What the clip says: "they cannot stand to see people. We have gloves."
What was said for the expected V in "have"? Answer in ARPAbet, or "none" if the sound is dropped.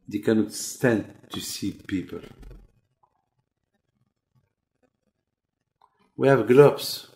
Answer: V